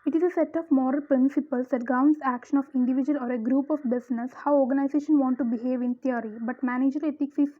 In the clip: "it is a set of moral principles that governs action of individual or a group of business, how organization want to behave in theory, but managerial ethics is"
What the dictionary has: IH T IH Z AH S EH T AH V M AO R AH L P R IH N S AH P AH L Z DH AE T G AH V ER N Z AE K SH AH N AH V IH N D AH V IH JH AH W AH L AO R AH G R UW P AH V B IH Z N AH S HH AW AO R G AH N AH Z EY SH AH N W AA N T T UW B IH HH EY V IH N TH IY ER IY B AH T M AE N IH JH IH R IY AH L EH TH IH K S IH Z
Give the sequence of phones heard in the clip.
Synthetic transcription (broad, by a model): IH T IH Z AH S EH T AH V M AO R AH L P R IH N S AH P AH L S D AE T G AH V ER N S AE K SH AH N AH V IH N D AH V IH JH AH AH L AO R AH G R UW P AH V B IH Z N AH S HH AW AO R G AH N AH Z EY SH AH N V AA N T T UW B IH HH EY V IH N T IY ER IY B AH T M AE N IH JH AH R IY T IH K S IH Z